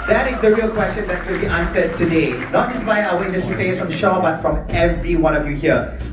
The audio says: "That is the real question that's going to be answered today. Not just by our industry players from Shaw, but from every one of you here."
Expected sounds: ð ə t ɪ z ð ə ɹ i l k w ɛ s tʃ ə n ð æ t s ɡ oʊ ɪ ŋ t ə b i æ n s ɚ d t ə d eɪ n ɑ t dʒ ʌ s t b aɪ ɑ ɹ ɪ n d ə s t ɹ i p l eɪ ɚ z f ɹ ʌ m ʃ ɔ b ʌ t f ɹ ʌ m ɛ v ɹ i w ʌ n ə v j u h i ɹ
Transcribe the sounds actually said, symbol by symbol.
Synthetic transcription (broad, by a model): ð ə t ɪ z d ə ɹ i l k w ɛ s tʃ ə n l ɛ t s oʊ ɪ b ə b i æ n s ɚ t ə d eɪ n ɑ t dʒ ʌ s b aɪ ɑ w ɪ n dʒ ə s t i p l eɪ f ɹ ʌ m ʃ ɔ b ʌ t f ɹ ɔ m ɛ v ɹ i w ʌ n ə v j u h i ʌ